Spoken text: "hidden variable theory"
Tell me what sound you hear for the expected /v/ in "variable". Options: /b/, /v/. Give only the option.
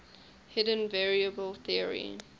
/v/